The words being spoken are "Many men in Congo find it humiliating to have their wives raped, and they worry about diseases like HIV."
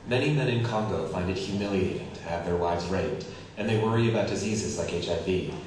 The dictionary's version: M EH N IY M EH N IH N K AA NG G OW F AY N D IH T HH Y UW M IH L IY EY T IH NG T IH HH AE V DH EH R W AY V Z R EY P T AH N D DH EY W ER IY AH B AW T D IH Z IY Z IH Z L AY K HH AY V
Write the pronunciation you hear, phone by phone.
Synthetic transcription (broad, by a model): M EH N IY M EH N IH N K AA NG G OW F AY N D IH T HH Y UW M IH L IY EY T IH NG T IH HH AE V DH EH R W AY V Z R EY T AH N DH EY W ER IY AH B AW T D IH Z IY Z IH Z L AY K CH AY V